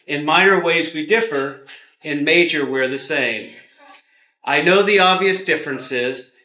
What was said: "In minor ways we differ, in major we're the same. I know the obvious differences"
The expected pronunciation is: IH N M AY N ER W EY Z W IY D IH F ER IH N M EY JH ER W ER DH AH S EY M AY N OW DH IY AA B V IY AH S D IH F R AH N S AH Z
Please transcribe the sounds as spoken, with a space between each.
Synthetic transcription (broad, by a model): IH N M AY N ER W EY Z W IY D IH F ER IH N M EY JH ER W ER DH AH S EY M AY N OW DH IY AA B V IY AH S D IH F R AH N S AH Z